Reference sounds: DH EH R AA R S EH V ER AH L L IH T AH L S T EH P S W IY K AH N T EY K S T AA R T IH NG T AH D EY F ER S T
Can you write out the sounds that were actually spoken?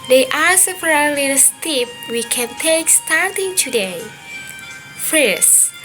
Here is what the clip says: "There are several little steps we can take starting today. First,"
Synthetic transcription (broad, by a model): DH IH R AA R S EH P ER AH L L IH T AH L S T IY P W IY K AH N T EY K S T AA R T IH NG T AH D EY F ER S